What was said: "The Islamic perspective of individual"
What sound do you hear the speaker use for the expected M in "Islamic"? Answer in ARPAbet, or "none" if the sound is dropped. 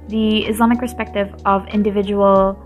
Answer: M